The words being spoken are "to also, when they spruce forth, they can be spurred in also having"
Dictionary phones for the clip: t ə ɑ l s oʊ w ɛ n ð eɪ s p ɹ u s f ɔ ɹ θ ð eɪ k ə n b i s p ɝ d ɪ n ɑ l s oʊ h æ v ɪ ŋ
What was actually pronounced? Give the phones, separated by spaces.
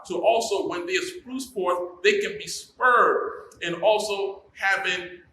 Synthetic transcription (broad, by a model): t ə ɑ l s oʊ w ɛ n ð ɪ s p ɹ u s p ɔ ɹ t ð eɪ k ə n b i s p ɝ d ɪ n ɑ l s oʊ h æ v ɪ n